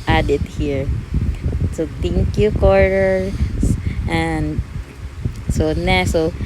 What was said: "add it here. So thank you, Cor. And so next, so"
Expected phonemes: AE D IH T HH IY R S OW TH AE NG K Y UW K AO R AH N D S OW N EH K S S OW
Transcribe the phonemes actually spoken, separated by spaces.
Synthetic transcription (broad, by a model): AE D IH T HH IY R S OW T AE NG K Y UW K AO R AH N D S OW N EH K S S OW